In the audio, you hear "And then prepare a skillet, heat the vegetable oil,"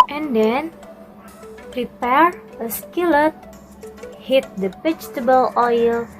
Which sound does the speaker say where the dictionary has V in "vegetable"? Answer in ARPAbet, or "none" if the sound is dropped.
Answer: P